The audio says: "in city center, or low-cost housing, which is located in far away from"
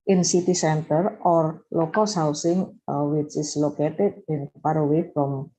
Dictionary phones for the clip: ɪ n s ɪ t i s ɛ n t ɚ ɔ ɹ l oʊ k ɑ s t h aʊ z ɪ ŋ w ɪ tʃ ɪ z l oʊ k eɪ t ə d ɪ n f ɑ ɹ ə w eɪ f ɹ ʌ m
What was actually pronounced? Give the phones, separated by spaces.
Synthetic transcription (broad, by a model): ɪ n s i t i s ɛ n t ɚ ɔ ɹ l oʊ k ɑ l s h aʊ s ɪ ŋ w ɪ tʃ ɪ s l oʊ k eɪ t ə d ɪ n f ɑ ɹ ə w eɪ f ɹ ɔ m